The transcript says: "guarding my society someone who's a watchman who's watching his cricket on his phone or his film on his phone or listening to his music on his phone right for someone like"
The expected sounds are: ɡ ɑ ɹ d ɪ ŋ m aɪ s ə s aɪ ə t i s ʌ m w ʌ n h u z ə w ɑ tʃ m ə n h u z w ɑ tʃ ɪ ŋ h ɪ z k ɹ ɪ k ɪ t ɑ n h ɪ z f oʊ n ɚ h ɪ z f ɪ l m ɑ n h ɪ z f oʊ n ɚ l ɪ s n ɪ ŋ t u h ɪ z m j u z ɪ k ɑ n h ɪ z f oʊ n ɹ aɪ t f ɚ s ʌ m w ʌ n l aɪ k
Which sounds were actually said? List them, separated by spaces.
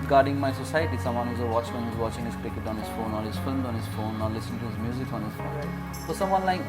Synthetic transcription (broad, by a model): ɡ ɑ ɹ d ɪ ŋ m aɪ s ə s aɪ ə t i s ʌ m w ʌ n h u z ə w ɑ tʃ ə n h u z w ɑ tʃ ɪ ŋ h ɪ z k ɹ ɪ k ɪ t ɑ n h ɪ z f oʊ n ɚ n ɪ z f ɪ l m ɑ n h ɪ z f oʊ n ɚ l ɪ s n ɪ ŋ t u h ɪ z m j u z ɪ k ɑ n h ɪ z f oʊ n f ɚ s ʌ m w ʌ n l aɪ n